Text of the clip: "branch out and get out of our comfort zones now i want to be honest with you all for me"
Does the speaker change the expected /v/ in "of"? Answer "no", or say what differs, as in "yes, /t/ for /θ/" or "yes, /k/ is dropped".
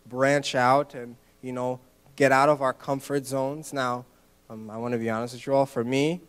no